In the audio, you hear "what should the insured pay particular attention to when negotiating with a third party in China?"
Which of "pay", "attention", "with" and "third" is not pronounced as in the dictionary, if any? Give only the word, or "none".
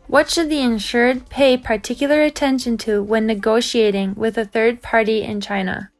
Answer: none